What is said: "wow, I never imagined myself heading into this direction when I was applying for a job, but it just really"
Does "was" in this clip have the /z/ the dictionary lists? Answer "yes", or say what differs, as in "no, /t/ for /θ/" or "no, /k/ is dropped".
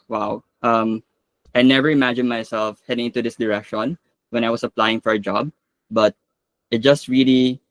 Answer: no, /s/ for /z/